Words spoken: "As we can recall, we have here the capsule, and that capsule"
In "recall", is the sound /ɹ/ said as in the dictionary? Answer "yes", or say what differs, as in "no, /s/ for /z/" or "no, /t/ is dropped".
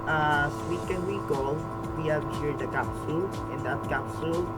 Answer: no, /w/ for /ɹ/